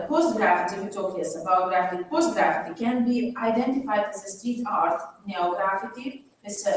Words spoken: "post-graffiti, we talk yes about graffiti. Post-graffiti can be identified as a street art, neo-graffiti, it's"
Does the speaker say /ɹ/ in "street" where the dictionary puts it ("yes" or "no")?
no